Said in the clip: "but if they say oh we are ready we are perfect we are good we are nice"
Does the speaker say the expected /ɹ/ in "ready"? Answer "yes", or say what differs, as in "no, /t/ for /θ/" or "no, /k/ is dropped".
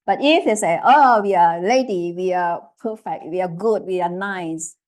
no, /l/ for /ɹ/